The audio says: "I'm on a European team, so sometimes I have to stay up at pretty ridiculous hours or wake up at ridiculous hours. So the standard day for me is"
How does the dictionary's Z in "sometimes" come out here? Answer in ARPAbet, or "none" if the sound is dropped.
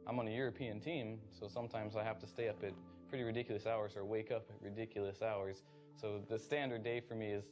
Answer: Z